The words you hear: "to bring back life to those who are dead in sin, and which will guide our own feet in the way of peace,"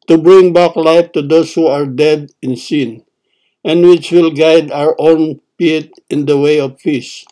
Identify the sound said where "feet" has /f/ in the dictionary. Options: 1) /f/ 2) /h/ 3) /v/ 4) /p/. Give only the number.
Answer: 4